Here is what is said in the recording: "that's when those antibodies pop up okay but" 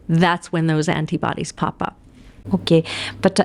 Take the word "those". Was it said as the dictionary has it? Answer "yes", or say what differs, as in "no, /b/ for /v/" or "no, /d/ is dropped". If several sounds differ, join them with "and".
yes